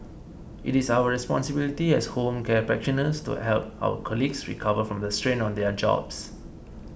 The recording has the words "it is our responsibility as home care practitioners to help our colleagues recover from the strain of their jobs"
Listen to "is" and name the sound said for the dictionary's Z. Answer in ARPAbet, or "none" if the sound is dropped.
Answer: S